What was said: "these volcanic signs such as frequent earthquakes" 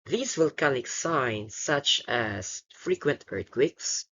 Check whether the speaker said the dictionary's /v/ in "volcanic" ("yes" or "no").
no